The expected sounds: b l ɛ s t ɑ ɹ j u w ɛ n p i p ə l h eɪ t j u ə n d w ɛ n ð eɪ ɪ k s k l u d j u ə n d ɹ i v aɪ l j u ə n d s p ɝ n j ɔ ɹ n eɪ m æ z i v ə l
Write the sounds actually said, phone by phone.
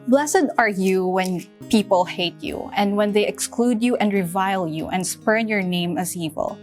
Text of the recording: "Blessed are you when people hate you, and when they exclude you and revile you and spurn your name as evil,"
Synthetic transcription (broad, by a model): b l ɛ s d ɑ ɹ j u w ɛ n p i p ə l h eɪ t j u ə n d w ɛ n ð eɪ ɪ k s k l u d j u ə n d ɹ i v aɪ l j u ə n d s p ɝ n j ɔ ɹ n eɪ m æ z i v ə l